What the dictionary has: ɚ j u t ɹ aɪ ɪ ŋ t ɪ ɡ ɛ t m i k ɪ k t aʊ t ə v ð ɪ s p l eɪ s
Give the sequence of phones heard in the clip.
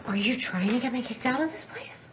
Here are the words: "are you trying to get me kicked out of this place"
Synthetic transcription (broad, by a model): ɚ j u t ɹ aɪ ɪ ŋ t ɪ ɡ ɛ t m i k ɪ k t aʊ t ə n ð ɪ s p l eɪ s